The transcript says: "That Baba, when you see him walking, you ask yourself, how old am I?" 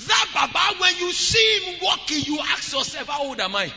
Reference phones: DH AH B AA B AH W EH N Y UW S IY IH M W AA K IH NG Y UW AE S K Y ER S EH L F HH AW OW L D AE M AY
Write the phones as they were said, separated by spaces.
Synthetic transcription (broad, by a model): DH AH B AA B AH W EH N Y UW S IY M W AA K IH Y UW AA K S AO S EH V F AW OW D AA M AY